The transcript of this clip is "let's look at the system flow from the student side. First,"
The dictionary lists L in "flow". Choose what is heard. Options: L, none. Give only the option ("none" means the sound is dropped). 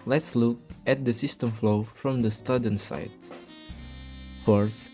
L